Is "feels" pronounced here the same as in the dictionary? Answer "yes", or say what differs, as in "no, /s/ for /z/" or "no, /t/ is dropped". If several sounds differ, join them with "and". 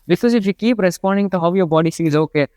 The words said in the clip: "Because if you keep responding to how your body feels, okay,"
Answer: no, /l/ is dropped